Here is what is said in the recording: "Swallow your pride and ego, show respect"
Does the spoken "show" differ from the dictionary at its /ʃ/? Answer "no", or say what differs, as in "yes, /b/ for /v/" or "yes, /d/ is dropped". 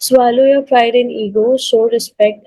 yes, /s/ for /ʃ/